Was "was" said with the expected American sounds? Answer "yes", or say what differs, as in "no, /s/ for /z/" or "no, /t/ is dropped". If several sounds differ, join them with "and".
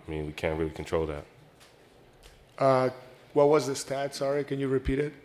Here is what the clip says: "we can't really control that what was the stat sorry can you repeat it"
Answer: yes